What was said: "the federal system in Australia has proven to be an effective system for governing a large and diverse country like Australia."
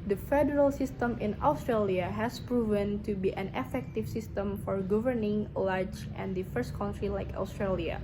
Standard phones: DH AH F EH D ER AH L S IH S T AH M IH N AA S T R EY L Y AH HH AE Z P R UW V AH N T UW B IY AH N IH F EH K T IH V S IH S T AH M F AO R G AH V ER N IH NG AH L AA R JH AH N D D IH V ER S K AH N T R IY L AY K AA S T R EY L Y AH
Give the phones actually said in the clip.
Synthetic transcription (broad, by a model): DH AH F EH D ER AH L S IH S T AH M IH N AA S T R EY L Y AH HH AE S P R UW V AH N T UW B IY AH N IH F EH K T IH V S IH S T AH M F AO R G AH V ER N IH NG L AA R JH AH N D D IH F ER S K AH N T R IY L AY K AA S T R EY L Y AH